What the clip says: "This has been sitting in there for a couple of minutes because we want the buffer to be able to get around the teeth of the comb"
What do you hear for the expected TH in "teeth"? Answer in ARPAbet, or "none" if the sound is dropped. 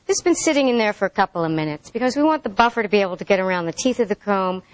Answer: TH